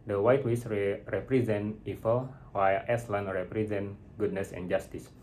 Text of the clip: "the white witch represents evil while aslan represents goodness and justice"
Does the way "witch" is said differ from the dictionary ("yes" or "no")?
yes